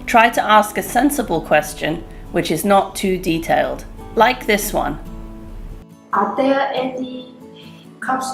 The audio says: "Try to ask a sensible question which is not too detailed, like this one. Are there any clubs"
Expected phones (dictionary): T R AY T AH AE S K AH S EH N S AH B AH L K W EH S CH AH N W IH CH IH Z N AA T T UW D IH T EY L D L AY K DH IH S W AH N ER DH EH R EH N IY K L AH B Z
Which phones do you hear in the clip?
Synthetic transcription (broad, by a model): T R AY T AH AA S K AH S EH N S AH B AH L K W EH S CH AH N W IH CH IH Z N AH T T UW D IH T EY L D L AY K DH IH S W AH N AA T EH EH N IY K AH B